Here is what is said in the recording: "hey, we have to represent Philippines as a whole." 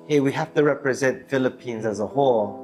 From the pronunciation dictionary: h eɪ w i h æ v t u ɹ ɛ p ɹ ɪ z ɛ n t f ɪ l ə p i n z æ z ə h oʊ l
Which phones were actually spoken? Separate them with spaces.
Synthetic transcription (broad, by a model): h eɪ w i h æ f t u ɹ ɛ p ɹ ɪ z ɛ n t f ɪ l ə p i n z æ z ə h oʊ l